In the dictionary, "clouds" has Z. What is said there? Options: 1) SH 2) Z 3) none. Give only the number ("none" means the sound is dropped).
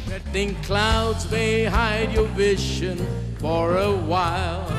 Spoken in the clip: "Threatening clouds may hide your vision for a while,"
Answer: 2